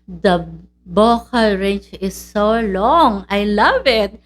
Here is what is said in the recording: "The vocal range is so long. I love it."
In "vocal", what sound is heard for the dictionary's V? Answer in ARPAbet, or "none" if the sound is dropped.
B